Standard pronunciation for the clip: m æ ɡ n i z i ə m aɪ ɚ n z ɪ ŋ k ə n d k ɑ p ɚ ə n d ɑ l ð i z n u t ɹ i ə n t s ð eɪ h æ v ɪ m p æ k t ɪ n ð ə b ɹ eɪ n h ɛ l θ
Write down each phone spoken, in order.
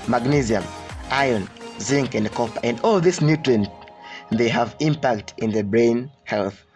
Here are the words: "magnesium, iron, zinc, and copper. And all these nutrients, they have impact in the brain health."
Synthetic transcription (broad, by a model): m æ ɡ n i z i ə m aɪ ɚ n z ɪ ŋ k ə n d k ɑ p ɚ ə n d ɑ l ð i s n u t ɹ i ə n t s ð eɪ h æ v ɪ m p æ k t ɪ n ð ə b ɹ eɪ n h ɛ l θ